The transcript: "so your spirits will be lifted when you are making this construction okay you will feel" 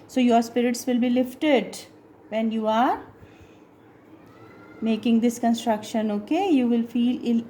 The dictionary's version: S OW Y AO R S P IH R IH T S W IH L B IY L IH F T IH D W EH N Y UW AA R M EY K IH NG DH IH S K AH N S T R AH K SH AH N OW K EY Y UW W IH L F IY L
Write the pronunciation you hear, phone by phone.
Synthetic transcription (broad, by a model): S OW Y AO R S P IH R IH T S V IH L B IY L IH F T IH D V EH N Y UW AA R M EY K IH NG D IH S K AH N S T R AH K SH AH N OW K EY Y UW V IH L F IY L